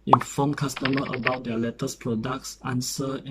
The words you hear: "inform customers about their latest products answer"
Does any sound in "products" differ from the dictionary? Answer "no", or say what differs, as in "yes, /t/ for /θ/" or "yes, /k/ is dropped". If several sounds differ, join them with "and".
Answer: no